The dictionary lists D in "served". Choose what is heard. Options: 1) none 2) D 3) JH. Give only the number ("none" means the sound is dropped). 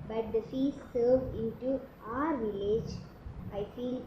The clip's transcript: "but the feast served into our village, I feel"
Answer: 1